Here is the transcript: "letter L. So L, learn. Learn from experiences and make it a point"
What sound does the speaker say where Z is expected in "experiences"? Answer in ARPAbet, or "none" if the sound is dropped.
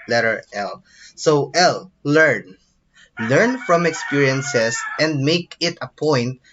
S